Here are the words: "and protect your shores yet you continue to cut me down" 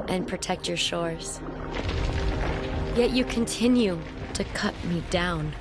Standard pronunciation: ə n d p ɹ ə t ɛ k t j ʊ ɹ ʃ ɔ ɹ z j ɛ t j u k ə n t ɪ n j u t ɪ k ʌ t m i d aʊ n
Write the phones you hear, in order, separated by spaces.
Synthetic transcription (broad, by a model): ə n p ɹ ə t ɛ k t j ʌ ɹ ʃ ɔ ɹ z j ɛ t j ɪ k ə n t ɪ n j u t ɪ k ʌ t m i d aʊ n